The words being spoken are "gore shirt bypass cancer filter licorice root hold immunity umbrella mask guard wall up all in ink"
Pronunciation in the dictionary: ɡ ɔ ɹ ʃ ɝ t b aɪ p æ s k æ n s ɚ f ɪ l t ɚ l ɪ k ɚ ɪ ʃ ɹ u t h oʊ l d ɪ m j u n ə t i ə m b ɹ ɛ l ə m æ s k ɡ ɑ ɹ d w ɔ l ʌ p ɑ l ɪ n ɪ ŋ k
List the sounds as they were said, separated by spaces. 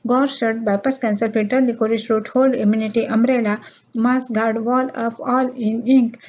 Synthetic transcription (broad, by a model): ɡ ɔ ɹ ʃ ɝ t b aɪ p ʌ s k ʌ n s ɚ p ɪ t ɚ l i k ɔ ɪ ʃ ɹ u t h oʊ l d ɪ m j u n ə t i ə m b ɹ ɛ l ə m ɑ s ɡ ɑ ɹ d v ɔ l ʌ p ɑ l ɪ n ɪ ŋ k